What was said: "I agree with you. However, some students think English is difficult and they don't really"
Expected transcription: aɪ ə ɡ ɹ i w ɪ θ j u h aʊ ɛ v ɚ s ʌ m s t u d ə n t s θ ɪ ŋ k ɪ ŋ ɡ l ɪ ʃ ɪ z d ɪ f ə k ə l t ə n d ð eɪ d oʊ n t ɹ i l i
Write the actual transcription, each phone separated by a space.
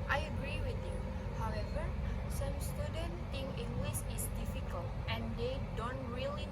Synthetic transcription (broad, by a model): aɪ ə ɡ ɹ i w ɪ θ j u h aʊ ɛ v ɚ s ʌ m s t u d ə n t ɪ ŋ ɪ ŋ ɡ l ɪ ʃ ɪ s d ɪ f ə k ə l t ə n d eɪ d oʊ n t ɹ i l i